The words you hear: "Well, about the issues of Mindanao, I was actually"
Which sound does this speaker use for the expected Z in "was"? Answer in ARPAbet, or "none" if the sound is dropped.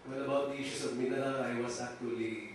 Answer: S